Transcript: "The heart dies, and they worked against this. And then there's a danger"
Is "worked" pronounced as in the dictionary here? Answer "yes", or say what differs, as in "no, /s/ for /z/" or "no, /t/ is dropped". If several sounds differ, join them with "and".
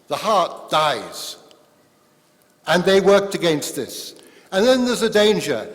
yes